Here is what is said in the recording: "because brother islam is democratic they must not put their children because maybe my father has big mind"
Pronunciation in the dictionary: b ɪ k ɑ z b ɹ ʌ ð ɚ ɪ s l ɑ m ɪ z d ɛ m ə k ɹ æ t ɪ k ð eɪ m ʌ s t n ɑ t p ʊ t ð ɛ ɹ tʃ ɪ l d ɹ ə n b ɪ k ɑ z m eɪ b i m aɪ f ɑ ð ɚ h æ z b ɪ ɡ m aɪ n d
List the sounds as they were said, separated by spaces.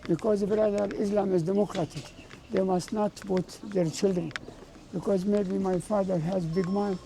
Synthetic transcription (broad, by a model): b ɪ k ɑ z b ɹ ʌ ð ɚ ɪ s l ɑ m ɪ z d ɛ m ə k ɹ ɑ t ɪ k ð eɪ m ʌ s t n ɑ t b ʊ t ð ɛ ɹ tʃ ɪ l d ɹ ə n b ɪ k ɑ z m eɪ b i m aɪ f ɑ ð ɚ h æ z b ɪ ɡ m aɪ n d